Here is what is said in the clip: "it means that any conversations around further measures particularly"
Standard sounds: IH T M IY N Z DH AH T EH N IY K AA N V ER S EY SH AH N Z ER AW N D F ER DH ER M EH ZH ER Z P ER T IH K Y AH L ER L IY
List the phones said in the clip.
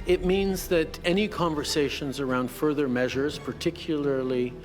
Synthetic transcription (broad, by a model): IH T M IY N Z DH AH T EH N IY K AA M V ER S EY SH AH N Z ER AW N D F ER DH ER M EH ZH ER Z P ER T IH K Y L ER L IY